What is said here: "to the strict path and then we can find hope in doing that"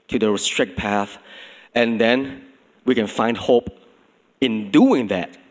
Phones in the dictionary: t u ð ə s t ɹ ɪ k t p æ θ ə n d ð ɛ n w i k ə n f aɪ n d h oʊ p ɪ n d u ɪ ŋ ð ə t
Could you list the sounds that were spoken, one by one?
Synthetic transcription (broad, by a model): t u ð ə s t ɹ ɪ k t p æ θ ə n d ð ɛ n w i k ə n f aɪ n d h oʊ p ɪ n d u ɪ ŋ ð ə t